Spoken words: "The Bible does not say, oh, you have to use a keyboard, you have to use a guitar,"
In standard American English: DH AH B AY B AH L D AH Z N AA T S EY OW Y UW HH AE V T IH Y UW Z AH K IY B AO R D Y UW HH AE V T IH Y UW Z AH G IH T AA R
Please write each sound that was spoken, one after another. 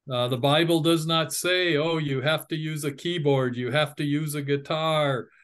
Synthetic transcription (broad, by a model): DH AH B AY B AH L D AH Z N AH T S EY OW Y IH HH AE F T IH Y UW Z AH K IY B AO R D Y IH HH AE F T IH Y UW Z AH G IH T AA R